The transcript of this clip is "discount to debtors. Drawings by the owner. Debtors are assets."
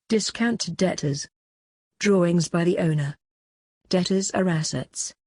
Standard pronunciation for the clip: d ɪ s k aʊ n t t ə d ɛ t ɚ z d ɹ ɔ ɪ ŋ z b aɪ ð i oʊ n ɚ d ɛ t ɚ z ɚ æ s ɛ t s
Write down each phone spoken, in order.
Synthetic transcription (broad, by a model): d ɪ s k aʊ n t t ə d ɛ t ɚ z d ɹ ɔ ɪ ŋ z b aɪ ð i oʊ n ɚ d ɛ t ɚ z ɚ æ s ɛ t s